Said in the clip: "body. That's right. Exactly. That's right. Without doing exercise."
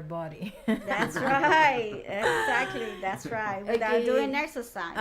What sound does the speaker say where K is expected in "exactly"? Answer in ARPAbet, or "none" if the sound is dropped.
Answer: K